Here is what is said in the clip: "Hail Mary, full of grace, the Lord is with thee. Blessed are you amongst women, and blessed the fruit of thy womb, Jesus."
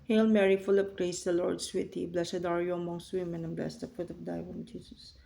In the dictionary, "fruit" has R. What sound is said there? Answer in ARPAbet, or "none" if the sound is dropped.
none